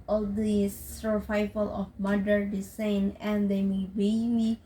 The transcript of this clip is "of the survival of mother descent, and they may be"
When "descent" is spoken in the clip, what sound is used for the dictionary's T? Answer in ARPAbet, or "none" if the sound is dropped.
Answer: none